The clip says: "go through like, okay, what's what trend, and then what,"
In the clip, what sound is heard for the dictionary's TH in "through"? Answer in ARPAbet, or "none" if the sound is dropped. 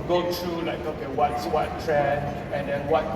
T